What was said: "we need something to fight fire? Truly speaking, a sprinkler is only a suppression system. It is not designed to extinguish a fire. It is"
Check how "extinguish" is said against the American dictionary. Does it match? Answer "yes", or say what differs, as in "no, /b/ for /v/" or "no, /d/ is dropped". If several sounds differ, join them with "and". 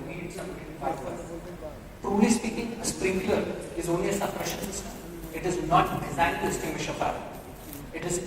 no, /k/ is dropped